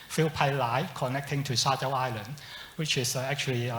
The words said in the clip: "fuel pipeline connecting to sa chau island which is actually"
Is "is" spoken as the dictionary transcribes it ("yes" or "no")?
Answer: no